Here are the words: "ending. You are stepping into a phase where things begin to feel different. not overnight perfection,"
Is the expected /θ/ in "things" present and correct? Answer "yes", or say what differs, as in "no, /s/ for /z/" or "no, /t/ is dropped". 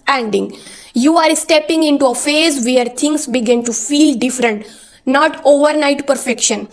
no, /t/ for /θ/